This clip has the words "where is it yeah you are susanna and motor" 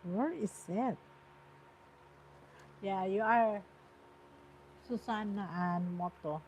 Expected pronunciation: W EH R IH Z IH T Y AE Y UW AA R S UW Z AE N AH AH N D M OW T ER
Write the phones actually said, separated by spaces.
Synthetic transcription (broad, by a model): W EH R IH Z IH T Y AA Y UW AA R S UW S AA N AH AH N M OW T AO